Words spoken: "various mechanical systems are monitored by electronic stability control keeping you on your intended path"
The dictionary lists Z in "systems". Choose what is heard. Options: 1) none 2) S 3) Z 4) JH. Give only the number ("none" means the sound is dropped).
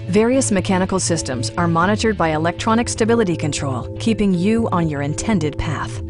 3